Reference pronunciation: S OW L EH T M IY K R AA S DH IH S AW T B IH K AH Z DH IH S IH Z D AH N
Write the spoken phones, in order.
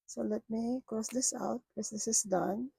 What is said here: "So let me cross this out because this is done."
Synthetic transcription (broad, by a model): S OW L EH T M IY K R AA S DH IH S AW T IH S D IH S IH S D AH N